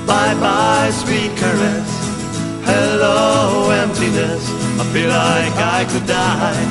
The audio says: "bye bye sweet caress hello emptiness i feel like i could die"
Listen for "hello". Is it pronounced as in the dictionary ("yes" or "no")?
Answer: yes